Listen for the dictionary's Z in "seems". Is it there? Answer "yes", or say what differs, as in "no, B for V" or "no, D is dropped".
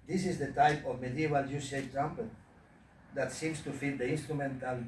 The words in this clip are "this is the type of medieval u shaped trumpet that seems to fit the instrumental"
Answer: no, S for Z